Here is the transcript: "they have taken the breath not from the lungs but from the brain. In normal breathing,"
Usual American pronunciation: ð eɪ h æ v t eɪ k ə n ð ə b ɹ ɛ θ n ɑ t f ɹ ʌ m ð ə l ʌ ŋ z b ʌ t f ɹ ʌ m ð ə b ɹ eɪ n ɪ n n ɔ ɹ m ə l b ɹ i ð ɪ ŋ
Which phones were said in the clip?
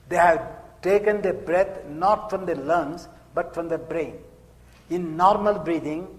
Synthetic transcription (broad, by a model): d eɪ h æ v t eɪ k ə n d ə b ɹ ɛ t n ɑ t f ɹ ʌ m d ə l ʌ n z b ʌ t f ɹ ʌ m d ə b ɹ eɪ n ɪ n n ɔ ɹ m ə l b ɹ i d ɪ ŋ